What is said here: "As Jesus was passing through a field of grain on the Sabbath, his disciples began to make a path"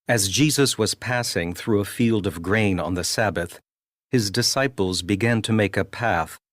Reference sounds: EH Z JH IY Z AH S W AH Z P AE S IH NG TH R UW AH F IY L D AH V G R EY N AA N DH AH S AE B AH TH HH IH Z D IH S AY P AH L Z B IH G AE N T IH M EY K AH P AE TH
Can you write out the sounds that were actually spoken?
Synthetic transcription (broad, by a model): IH Z JH IY Z AH S W AH Z P AE S IH NG TH R UW AH F IY L D AH V G R EY N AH N DH AH S AE B AH TH HH IH Z D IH S AY P L Z B IH G AE N T IH M EY K AH P AE TH